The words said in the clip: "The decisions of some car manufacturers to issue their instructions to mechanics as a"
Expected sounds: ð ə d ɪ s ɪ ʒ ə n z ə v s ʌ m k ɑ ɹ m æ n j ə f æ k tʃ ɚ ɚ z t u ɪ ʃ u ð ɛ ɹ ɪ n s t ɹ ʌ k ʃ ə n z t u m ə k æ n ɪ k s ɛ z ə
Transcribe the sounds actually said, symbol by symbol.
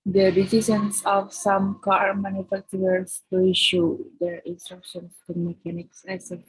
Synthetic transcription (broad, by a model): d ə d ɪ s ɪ s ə n s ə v s ʌ m k ɑ ɹ m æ n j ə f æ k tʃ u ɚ s t u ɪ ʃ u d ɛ ɹ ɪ n s t ɹ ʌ k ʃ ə n s t u m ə k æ n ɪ k s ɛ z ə